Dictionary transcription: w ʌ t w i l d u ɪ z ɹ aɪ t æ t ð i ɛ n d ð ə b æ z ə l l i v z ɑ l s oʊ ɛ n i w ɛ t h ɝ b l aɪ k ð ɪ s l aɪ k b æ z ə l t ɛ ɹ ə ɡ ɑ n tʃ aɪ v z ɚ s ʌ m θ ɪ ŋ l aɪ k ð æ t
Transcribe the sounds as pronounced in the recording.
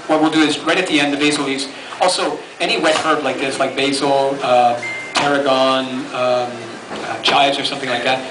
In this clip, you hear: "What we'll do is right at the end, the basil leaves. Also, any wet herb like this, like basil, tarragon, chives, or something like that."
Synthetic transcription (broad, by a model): w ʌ t w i l d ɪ ɪ z ɹ aɪ t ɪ t ð i ɛ n d ð ə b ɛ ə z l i z ɑ l s oʊ ɛ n i w ɛ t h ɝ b l aɪ k ð ɪ s l aɪ k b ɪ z ə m t ɛ ɹ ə ɡ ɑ n tʃ aɪ z ɚ s ʌ m θ ɪ ŋ l aɪ k ð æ t